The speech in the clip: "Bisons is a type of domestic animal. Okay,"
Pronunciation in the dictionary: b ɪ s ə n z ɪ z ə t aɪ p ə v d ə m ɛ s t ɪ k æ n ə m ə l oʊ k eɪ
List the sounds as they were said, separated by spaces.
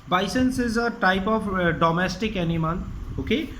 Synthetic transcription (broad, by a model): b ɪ s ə n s ɪ z ə t aɪ p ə f d ə m ɛ s t ɪ k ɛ n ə m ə n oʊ k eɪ